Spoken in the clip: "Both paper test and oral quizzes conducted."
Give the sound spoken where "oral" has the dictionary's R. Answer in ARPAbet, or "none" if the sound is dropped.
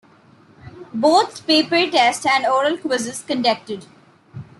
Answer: R